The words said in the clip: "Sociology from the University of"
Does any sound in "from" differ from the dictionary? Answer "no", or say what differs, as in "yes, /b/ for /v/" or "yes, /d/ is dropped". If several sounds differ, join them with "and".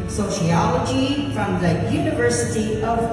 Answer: no